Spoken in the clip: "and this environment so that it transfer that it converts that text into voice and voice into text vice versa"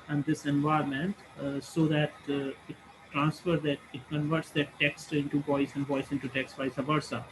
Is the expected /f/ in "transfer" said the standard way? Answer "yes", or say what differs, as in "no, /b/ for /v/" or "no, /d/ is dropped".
yes